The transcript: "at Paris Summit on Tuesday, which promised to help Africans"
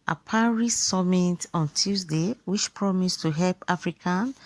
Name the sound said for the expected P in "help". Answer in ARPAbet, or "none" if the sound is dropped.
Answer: P